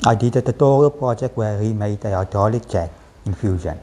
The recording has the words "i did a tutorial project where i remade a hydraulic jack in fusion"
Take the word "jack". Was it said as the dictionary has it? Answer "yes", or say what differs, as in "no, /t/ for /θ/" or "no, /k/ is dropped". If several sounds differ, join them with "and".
no, /tʃ/ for /dʒ/